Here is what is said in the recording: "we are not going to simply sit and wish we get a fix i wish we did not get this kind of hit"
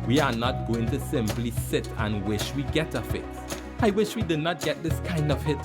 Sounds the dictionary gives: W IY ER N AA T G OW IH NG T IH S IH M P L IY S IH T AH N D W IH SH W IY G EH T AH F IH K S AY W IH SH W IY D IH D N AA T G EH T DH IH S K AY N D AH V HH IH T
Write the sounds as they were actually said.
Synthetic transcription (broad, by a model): W IY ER N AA T G OW IH NG T IH S IH M P L IY S IH T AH N W IH SH W IY G EH T AH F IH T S AY W IH SH W IY D IH D N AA T G EH T DH IH S K AY N D AH V HH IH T